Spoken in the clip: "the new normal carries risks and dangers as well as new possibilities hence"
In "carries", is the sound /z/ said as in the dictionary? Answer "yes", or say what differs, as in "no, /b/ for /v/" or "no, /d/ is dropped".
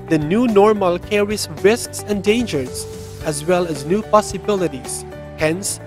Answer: no, /s/ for /z/